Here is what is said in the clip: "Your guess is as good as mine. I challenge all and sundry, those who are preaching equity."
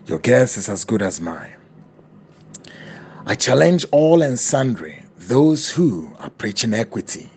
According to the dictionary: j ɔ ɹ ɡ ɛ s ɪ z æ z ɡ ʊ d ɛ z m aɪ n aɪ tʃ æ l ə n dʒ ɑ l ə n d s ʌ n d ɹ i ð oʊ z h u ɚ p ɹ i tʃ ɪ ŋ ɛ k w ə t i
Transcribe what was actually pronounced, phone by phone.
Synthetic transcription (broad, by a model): j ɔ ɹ ɡ ɛ s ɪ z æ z ɡ ʊ d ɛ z m aɪ aɪ tʃ æ l ə n dʒ ɑ l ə n s ʌ n d ɹ i ð oʊ z h u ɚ p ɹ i tʃ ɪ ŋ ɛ k w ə t i